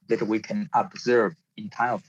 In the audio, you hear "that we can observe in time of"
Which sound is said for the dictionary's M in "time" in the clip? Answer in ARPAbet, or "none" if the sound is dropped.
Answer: none